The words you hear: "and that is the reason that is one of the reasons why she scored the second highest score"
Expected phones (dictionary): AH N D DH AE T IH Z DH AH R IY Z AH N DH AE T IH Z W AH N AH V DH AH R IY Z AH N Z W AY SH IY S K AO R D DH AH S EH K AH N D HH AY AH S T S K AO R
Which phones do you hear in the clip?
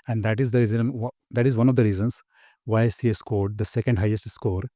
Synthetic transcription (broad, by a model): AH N D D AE T IH Z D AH R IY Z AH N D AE T IH Z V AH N AH V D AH R IY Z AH N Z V AY S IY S K AO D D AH S EH K AH N D HH AY AH S T S K AO R